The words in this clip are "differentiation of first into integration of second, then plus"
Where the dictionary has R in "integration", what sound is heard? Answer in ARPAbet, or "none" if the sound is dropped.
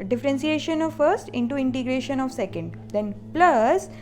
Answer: R